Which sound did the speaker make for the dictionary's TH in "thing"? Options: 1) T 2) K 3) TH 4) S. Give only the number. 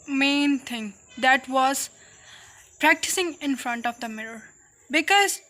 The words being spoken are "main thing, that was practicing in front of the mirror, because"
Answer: 1